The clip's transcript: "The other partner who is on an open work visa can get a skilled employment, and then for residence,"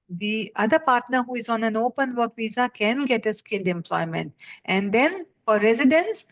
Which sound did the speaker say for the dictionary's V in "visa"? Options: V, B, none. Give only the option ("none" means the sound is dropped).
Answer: V